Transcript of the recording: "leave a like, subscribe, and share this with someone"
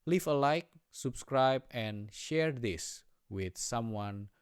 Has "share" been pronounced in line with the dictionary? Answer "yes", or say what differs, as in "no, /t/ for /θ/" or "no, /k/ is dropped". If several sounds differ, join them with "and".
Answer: yes